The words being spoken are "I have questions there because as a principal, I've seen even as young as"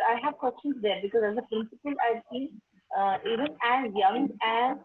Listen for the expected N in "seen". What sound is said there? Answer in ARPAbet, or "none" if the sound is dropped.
none